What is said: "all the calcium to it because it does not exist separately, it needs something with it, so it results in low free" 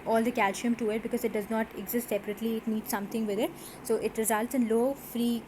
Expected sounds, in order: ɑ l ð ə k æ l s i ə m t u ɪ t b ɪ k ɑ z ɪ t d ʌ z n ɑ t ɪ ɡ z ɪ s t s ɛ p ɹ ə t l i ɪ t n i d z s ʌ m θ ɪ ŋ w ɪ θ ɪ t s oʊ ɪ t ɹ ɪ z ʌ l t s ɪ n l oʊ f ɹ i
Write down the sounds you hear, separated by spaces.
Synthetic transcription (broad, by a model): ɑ l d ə k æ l ʃ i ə m t u ɪ t b ɪ k ɑ z ɪ t d ʌ z n ɑ t ɪ ɡ z ɪ s t s ɛ p ɹ ə t l i ɪ t n i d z s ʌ m t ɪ ŋ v ɪ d ɪ t s oʊ ɪ t ɹ ɪ z ʌ l t s ɪ n l oʊ f ɹ i